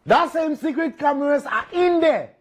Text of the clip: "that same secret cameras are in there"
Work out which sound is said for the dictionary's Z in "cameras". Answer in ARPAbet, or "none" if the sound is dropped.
S